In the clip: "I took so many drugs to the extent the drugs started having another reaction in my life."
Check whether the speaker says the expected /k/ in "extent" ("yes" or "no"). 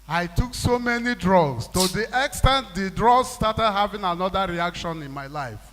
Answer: yes